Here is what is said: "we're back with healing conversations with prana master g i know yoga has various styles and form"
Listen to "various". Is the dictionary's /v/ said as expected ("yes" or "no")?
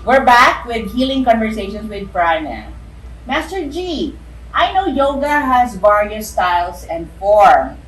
no